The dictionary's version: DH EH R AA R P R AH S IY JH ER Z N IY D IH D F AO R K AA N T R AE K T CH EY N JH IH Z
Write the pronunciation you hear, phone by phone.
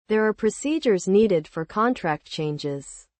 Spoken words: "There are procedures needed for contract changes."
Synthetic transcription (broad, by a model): DH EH R AA R P R AH S IY JH ER Z N IY D IH D F AO R K AA N T R AE K T CH EY N JH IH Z